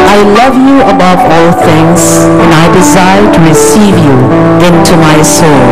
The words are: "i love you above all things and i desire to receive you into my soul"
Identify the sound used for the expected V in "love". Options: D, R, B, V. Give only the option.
V